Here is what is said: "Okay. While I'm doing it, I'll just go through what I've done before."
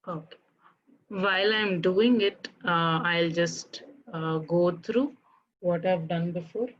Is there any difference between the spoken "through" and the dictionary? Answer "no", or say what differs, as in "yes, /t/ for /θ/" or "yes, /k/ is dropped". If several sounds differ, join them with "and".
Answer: yes, /t/ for /θ/